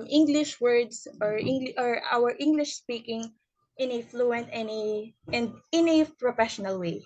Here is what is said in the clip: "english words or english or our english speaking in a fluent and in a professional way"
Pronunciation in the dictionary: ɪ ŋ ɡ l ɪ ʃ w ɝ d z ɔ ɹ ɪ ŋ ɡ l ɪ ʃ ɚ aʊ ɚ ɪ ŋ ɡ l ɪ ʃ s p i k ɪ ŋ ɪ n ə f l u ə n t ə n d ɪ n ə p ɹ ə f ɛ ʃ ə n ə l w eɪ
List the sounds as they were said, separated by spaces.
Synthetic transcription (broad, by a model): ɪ ŋ ɡ l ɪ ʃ w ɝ d s ɔ ɹ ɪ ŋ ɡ l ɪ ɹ aʊ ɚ ɪ ŋ ɡ l ɪ ʃ s p i k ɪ ŋ ɪ n ə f l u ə n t ə n d ɪ n ə p ɹ ə f ɛ ʃ ə n ə l w eɪ